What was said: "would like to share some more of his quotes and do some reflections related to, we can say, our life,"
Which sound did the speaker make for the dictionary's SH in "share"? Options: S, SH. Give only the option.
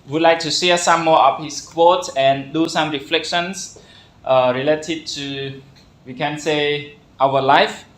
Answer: S